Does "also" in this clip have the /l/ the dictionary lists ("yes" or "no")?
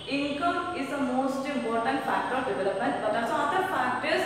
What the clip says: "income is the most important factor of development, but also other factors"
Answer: no